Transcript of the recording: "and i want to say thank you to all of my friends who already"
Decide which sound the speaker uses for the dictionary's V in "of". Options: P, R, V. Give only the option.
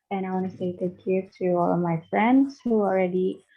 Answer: V